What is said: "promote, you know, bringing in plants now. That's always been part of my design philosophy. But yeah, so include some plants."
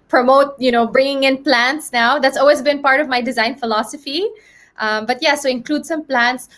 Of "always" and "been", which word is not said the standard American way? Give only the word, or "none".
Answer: none